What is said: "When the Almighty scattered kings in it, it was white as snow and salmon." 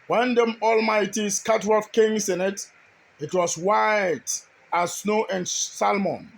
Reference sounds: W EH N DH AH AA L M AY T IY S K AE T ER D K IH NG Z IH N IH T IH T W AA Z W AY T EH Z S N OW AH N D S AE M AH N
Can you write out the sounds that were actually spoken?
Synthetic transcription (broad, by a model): W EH N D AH AA L M AY T IY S K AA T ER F K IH NG S IH N IH T IH T W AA S W AY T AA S N OW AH N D S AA M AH N